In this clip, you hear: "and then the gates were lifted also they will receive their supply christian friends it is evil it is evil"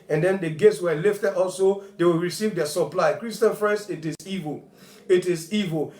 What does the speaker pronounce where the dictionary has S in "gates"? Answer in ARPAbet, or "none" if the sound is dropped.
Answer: S